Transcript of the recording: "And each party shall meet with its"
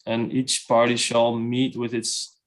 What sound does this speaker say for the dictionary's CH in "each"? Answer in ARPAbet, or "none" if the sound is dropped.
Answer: CH